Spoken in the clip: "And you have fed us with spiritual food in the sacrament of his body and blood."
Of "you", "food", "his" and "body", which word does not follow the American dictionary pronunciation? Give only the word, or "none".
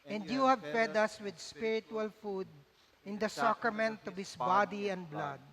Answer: his